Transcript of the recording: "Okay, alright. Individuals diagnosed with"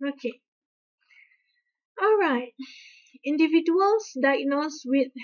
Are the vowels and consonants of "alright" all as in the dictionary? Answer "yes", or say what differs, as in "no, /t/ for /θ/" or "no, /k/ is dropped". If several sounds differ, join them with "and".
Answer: yes